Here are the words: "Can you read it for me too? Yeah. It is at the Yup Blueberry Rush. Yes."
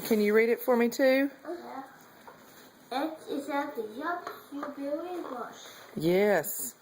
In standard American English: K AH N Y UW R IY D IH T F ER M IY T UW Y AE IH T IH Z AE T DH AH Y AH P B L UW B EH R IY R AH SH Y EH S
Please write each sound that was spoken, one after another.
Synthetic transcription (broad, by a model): K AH N Y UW R IY D IH T F ER M IY T UW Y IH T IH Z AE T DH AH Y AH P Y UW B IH L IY W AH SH Y EH S